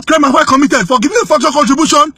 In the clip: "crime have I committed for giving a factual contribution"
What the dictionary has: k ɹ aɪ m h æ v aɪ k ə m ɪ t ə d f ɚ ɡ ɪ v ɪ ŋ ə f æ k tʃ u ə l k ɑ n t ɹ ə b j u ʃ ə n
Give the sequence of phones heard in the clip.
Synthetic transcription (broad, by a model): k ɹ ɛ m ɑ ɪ w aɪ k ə m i t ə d f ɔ ɡ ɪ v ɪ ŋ ə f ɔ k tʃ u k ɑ n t ɹ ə b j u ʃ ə n